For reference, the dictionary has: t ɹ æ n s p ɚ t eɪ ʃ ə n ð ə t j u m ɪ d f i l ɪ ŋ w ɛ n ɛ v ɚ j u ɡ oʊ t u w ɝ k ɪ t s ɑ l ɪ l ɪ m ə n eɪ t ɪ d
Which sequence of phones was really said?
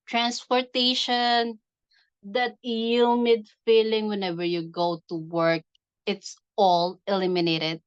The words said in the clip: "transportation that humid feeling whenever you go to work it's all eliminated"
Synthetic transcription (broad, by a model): t ɹ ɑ n s p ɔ t eɪ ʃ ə n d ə t j u m ɪ d f i l ɪ ŋ w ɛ n ɛ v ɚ j u ɡ oʊ t u w ɝ k ɪ t s ɑ l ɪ l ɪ m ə n eɪ t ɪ d